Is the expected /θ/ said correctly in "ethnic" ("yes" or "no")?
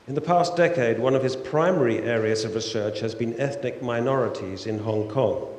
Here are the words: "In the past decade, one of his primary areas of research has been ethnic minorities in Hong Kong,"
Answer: yes